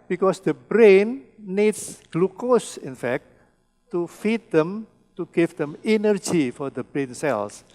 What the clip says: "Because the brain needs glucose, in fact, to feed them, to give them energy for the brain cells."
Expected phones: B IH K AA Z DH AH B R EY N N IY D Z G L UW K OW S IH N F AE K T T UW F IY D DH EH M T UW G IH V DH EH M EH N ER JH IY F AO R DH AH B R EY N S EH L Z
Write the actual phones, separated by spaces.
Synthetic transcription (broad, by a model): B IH K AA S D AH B R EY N N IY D S G L UW K OW S IH N F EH K T T UW F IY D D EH M T UW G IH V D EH M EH N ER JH IY F AO R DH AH B R EY N S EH L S